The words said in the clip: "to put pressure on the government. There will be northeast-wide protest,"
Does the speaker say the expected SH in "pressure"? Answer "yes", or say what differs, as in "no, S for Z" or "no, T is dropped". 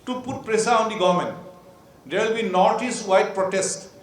no, S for SH